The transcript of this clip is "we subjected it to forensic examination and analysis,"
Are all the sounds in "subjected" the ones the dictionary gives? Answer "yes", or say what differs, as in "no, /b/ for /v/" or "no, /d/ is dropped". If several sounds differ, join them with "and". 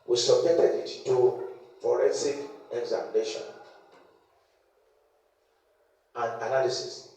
no, /k/ is dropped